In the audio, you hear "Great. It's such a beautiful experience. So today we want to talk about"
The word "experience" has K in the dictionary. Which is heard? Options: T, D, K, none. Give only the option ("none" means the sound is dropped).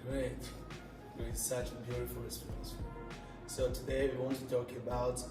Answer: none